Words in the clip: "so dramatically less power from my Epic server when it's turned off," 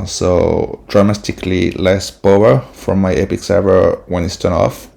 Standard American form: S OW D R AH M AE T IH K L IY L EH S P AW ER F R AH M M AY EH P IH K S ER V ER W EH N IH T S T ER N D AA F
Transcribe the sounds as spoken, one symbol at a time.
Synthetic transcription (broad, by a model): S OW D R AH M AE T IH K L IY L EH S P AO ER F R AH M M AY EH P IH K S ER V ER W EH N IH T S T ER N AA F